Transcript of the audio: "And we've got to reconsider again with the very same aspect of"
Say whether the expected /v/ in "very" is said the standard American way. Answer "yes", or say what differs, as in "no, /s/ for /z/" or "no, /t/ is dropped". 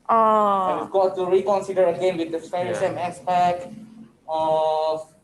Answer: no, /f/ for /v/